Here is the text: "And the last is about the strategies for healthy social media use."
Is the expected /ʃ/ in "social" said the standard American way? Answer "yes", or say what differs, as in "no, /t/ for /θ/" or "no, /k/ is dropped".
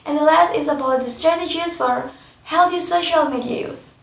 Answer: yes